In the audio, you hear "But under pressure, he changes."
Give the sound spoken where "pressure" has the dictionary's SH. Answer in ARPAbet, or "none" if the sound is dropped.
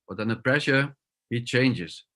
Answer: SH